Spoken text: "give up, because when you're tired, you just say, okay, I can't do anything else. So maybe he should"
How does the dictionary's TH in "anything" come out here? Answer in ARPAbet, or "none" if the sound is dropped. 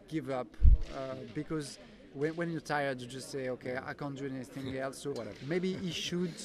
TH